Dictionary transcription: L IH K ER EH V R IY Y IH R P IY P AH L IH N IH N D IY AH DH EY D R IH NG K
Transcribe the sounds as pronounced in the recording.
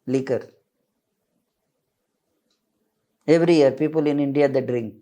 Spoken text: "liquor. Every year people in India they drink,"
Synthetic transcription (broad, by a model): L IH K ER EH V R IY Y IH R P IY P AH L IH N IH N D IY AH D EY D R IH NG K